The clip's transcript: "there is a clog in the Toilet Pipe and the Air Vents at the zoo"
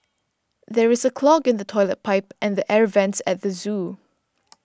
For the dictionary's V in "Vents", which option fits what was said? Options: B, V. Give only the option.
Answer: V